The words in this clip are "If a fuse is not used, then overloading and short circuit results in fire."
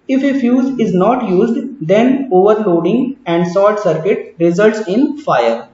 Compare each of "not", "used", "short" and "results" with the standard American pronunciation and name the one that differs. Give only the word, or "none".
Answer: short